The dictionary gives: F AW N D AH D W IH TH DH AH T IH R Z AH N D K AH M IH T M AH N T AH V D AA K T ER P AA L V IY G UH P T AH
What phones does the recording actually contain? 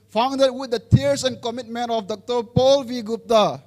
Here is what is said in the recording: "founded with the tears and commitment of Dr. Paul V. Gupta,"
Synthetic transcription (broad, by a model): F AW N D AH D W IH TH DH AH T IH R S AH N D K AH M IH T M AH N T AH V D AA K T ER P AA L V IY G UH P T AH